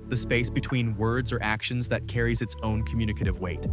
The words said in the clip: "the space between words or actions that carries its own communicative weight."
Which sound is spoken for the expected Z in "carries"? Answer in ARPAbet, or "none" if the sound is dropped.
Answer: Z